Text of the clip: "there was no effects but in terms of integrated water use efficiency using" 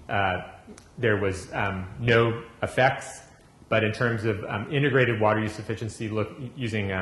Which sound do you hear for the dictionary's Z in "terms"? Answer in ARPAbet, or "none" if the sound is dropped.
Z